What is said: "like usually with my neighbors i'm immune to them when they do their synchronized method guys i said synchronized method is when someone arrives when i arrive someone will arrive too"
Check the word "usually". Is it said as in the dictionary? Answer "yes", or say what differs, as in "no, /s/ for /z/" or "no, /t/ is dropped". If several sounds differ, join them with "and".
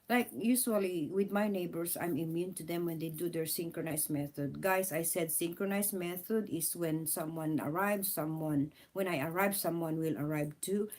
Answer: no, /s/ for /ʒ/